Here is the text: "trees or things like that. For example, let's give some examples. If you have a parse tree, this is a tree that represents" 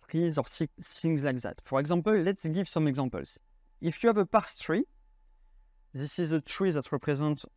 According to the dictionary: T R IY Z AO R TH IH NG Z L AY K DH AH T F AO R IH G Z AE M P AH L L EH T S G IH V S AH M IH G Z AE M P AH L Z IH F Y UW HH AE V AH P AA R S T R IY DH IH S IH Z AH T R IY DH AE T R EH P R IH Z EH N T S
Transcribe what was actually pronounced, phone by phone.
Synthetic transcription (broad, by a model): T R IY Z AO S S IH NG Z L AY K DH AH T F AO R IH G Z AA M P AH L L EH T S G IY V S AH M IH G Z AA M P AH L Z IH F Y UW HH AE V AH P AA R S T R IY DH IH S IH Z AH T R IY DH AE T R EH P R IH Z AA N T